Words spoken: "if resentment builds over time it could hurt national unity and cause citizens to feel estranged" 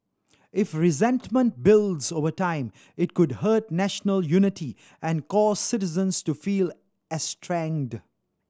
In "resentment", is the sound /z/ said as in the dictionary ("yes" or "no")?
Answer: yes